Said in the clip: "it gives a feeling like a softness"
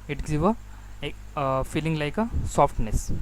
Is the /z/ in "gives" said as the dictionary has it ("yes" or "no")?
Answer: no